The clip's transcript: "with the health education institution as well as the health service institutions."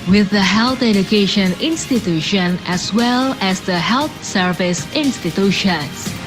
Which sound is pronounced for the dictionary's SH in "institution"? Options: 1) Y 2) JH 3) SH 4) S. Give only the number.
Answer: 3